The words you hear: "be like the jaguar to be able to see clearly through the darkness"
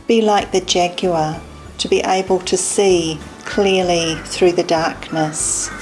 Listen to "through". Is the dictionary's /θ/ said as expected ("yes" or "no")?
yes